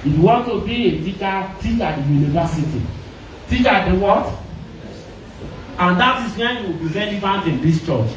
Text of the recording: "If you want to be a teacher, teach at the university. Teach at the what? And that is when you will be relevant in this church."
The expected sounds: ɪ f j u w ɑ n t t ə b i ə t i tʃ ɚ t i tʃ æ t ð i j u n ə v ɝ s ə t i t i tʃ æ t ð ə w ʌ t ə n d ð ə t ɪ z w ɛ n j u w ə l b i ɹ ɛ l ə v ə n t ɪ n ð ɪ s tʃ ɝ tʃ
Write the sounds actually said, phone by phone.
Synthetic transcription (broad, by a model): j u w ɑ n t t ə b i ə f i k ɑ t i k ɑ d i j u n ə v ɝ s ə t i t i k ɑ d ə w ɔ t ə n d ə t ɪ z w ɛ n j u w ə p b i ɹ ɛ n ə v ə n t ɪ n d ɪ s tʃ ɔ tʃ